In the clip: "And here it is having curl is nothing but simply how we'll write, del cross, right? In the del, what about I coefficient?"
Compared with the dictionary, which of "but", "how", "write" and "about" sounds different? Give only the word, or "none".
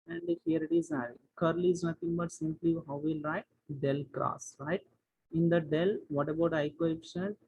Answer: none